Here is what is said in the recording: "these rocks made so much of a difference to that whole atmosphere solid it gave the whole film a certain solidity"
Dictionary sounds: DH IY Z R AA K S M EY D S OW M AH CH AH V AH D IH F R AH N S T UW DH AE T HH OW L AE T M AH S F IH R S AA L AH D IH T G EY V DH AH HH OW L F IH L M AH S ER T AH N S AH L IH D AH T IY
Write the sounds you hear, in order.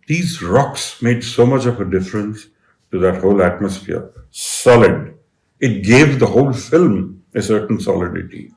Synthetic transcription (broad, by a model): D IY Z R AA K S M EY D S OW M AH CH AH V AH D IH F R AH N S T UW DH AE T HH OW L AE T M AH S F IH R S AA L AH D IH T G EY V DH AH HH OW L F IH L M AH S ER T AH N S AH L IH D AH T IY